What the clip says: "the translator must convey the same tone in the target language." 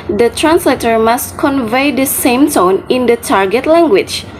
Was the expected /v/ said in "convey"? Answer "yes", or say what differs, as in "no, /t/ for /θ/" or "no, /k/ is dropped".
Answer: yes